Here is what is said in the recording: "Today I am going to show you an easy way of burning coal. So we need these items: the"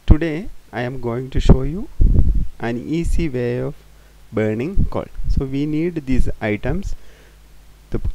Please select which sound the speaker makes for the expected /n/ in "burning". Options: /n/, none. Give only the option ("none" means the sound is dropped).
/n/